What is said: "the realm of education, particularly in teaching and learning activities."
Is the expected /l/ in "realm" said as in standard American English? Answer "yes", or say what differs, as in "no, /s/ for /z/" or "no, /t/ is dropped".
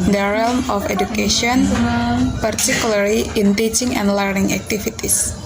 yes